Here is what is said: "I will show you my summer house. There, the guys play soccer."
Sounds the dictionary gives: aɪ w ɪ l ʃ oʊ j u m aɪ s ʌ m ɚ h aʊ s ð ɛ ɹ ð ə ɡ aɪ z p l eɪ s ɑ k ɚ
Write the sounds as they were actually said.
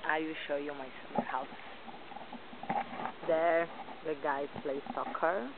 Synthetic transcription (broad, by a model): aɪ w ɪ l ʃ oʊ j u m aɪ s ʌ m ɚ h aʊ s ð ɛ ɹ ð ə ɡ aɪ p l eɪ s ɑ k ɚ